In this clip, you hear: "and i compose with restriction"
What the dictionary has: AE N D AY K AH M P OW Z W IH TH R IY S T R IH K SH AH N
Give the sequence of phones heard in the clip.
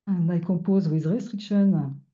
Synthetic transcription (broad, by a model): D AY K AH P OW Z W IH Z R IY S T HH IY K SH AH N